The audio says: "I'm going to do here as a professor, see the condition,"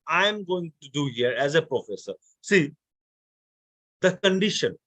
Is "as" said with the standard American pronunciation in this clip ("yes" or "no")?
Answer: yes